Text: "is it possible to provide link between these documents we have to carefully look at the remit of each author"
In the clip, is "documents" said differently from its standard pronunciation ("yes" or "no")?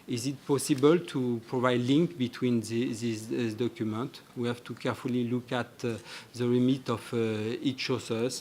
yes